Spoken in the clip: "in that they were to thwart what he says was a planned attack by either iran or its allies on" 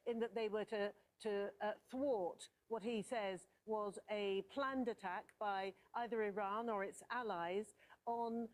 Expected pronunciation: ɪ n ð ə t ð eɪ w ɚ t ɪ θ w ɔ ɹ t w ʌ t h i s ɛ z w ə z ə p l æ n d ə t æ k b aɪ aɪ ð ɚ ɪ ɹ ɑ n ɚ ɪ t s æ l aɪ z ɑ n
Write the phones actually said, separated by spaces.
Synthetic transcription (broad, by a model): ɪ n ð ə t ð eɪ w ɚ t ɪ θ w ɔ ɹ t w ʌ t h i s ɛ z w ə z ə p l æ n d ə t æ k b aɪ aɪ ð ɚ ɪ ɹ ɑ n ɚ ɪ t s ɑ l aɪ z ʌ n